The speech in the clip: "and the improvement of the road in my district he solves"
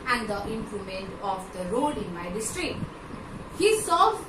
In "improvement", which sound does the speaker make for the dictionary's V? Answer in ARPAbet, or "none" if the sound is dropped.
none